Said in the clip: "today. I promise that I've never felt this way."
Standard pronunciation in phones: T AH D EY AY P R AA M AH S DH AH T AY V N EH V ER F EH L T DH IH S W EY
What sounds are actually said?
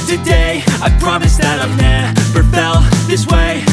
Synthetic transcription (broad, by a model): T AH D EY AY P R AA M AH S DH AH T AY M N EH P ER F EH L DH IH S W EY